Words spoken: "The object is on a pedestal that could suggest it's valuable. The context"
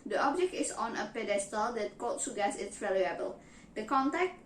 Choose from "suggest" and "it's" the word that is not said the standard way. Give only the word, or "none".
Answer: suggest